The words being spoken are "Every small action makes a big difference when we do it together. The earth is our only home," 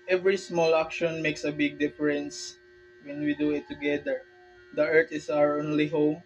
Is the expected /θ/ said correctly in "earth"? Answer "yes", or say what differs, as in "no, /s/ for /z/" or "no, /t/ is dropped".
no, /t/ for /θ/